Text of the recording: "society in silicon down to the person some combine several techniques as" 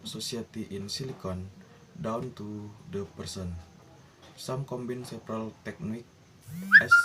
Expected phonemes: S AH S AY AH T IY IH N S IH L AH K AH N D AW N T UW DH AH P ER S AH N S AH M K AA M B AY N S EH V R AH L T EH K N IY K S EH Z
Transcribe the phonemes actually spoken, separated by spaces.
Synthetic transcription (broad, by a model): S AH S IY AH T IY IH N S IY L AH K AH N D AW N T UW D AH P ER S AH N S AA M K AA M B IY N S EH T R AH L T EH K N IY K EH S